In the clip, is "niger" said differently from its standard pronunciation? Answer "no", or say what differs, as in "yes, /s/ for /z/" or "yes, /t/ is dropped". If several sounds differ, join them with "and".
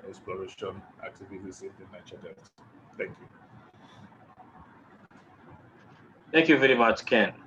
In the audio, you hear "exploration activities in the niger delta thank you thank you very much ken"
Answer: yes, /tʃ/ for /dʒ/